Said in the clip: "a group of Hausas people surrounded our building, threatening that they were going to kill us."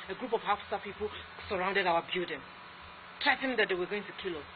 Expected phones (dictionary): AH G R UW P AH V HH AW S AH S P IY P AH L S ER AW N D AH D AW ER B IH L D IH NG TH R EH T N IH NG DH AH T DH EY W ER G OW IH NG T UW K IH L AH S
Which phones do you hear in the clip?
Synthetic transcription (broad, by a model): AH G R UW P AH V HH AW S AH P IY P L S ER AW N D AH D AW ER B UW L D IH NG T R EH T IH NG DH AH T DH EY W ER G OW IH NG T UW K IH L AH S